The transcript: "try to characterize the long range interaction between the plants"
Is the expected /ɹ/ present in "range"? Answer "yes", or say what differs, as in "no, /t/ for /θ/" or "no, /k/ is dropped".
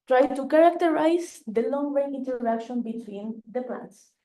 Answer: no, /w/ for /ɹ/